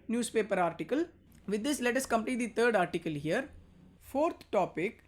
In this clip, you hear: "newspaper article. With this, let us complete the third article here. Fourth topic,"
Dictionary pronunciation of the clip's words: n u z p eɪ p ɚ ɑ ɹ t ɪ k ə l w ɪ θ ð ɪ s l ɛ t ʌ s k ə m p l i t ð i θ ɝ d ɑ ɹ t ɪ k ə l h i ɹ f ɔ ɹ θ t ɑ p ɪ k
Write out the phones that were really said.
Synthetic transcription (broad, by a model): n u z p eɪ p ɚ ɑ ɹ t ɪ k ə l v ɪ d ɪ s l ɛ t ʌ s k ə m p n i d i t ɝ d ɑ ɹ t ɪ k ə l h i ɹ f ɔ ɹ t t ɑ p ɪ k